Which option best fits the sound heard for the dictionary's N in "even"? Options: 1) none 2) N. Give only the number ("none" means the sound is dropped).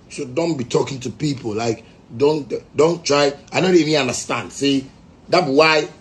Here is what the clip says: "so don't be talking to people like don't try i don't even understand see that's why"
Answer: 1